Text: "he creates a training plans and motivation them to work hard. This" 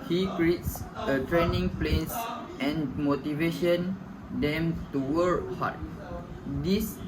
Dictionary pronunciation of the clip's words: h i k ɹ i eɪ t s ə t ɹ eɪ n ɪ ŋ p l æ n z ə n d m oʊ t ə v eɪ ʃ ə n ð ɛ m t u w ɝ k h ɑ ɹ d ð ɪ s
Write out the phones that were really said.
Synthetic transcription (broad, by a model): h i k ɹ i eɪ t s ə t ɹ eɪ n ɪ ŋ p l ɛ n s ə n m oʊ t ə v eɪ ʃ ə n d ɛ m t u w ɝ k h ɑ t d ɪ s